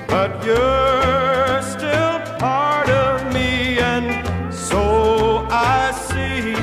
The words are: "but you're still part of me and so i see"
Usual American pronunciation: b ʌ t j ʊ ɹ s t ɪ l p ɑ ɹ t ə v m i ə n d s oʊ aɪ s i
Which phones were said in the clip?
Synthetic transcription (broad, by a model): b ʌ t j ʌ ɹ s t ɪ l p ɑ ɹ t ə v m i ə n s oʊ aɪ s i